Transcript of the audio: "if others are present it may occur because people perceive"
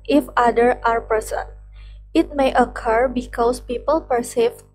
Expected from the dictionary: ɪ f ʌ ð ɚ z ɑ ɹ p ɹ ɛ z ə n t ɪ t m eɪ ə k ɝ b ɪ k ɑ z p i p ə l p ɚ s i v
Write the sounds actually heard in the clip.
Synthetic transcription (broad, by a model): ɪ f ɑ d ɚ ɑ ɹ p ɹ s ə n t ɪ t m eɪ ə k ɝ b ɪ k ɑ s p i p ə l p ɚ s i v